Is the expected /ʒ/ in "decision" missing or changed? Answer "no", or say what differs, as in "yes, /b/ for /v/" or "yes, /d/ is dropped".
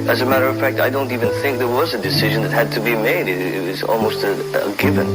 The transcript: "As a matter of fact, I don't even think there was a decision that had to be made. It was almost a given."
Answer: no